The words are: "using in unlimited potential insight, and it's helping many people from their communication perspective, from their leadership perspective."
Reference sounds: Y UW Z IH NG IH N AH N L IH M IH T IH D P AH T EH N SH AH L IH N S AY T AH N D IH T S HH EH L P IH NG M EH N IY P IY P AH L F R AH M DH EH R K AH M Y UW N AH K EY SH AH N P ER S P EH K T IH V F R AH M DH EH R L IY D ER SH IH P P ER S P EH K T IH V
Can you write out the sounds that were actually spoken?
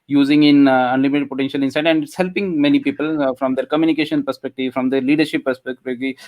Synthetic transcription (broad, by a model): Y UW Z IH NG IH N AH N L IH M IH T IH D P AH T EH N SH AH L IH N S AY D AH N D HH EH L P IH NG M EH N IY P IY P AH L F R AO M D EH R K AH M Y UW N AH K EY SH AH N P ER S P EH K T IH V F R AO M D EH R L IY D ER SH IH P P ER S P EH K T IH